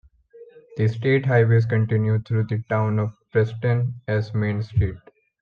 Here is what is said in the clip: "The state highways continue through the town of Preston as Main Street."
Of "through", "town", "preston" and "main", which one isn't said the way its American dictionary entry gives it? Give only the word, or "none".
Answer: through